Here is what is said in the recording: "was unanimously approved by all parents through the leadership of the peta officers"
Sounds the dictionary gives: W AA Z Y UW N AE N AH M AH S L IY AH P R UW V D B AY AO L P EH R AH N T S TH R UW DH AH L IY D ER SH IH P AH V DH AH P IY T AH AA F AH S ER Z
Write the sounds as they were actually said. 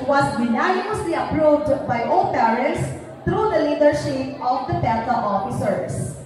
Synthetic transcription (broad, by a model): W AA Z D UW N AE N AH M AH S L IY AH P R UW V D B AY AO L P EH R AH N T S T R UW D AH L IY D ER SH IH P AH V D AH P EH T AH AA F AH S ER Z